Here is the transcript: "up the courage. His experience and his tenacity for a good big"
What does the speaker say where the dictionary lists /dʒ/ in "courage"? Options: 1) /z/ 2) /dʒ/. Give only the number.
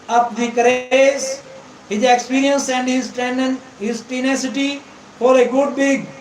1